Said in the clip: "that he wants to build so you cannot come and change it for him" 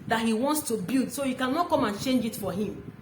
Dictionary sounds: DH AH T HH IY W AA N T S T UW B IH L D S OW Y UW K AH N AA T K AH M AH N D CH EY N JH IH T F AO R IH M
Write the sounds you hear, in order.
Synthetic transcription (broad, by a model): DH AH T HH IY W AA N T S T UW B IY L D S OW Y UW K AH N AA T K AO M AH N CH EY N JH IH T F AO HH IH M